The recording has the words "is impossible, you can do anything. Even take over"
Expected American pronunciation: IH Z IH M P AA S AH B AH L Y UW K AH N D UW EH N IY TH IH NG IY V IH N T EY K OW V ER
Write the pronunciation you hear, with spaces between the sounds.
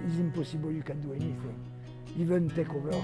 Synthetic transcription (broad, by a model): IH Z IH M P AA S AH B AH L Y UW K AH D UW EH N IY F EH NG IY V IH N T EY K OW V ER